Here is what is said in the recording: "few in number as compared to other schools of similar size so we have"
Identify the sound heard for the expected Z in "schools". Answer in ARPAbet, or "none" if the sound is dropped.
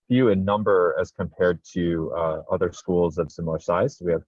Z